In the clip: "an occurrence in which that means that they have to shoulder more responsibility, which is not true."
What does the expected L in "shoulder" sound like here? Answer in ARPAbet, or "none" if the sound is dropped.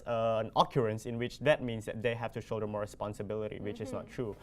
none